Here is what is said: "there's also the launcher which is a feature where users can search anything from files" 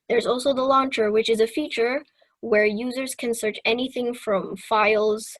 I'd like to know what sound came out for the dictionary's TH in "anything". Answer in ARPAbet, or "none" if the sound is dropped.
TH